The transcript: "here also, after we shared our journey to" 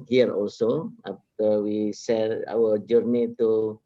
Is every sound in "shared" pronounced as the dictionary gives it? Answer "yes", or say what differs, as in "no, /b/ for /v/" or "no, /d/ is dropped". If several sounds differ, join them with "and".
no, /s/ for /ʃ/